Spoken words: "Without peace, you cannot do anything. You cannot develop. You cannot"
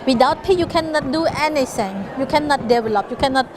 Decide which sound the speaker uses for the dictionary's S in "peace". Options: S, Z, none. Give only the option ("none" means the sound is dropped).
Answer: none